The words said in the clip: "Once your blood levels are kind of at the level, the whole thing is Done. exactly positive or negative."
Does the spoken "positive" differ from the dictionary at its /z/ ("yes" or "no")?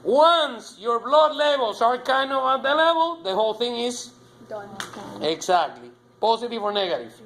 yes